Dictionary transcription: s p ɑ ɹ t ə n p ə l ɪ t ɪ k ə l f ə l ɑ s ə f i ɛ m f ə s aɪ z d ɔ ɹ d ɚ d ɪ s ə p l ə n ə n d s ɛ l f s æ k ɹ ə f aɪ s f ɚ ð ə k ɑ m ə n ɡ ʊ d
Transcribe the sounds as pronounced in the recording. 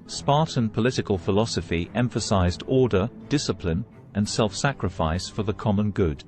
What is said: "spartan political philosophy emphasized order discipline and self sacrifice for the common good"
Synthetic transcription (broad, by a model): s p ɑ ɹ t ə n p ə l ɪ t ɪ k ə l f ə l ɑ s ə f i ɛ m f ə s aɪ z d ɔ ɹ d ɚ d ɪ s ə p l ə n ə n s ɛ l f s æ k ɹ ə f aɪ s f ɚ ð ə k ɑ m ə n ɡ ʊ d